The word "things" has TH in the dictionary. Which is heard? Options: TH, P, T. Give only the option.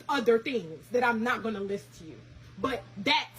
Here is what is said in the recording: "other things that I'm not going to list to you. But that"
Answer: TH